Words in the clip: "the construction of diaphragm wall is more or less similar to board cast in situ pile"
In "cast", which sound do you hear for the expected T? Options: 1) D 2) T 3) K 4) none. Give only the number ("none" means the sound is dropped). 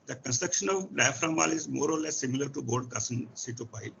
4